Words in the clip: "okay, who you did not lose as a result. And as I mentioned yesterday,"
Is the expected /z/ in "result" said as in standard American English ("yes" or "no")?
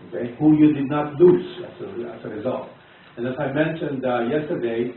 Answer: yes